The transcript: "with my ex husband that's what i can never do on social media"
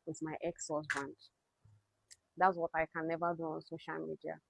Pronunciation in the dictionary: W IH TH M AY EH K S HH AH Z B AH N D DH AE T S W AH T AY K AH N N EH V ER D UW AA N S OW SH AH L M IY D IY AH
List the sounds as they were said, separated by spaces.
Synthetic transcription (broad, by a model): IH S M AY EH K S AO S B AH N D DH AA T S W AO T AY K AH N N EH V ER D UW AA N S OW SH AH L M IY D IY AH